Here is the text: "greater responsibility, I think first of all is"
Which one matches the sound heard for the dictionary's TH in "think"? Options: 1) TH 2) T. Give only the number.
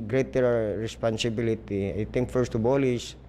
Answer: 2